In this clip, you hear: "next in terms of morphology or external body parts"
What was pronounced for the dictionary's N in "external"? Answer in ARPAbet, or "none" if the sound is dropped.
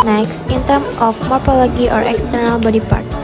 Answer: N